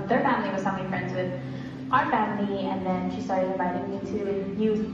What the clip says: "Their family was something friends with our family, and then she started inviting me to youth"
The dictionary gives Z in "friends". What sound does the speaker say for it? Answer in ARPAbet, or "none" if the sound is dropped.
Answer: Z